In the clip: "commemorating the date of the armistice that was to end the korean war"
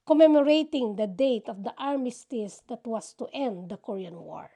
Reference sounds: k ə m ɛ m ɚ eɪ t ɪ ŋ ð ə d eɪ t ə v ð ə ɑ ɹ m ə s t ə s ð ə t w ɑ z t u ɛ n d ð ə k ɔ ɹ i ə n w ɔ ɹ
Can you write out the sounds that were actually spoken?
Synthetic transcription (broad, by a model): k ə m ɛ m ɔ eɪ t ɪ ŋ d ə d eɪ t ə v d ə ɑ ɹ m ə s t ə s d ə t w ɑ s t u ɛ n d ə k ɔ ɹ i ə n w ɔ ɹ